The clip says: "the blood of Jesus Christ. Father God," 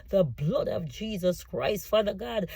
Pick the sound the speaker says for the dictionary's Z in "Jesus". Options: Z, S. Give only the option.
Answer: Z